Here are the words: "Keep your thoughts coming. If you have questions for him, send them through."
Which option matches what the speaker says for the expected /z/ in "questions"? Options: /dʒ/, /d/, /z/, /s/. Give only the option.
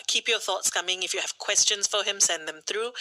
/s/